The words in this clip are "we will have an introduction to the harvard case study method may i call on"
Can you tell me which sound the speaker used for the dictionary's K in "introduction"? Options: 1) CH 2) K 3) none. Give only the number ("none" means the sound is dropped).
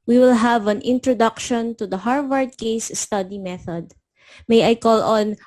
2